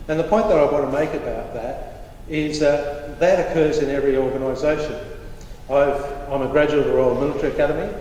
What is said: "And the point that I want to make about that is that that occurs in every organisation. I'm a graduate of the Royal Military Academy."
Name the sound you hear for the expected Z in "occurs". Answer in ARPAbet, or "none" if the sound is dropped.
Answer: Z